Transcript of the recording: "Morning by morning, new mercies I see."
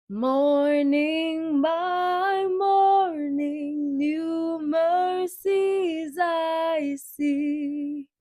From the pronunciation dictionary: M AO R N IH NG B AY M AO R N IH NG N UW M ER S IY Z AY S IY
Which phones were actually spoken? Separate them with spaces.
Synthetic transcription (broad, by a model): M AO R N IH NG B AY M AO R N IH NG N UW M ER S IY Z AY S IY